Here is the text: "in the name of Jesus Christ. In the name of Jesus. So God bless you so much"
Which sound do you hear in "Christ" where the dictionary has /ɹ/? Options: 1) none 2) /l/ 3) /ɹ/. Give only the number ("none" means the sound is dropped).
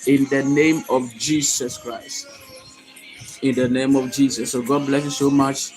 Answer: 3